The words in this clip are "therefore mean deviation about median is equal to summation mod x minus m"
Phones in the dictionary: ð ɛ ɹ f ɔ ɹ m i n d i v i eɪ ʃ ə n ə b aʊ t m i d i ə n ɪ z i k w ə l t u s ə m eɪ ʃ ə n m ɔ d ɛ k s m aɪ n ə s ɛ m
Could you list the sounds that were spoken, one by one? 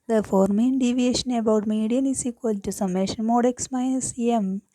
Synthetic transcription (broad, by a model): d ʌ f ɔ ɹ m i n d i v i eɪ ʃ ə n ə b aʊ t m i d i ə n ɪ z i k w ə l t u s ə m eɪ ʃ ə n m ɔ d ɛ k s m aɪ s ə ɛ m